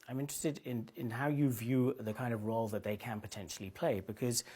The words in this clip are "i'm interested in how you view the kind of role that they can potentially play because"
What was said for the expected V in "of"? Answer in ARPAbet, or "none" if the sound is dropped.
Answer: V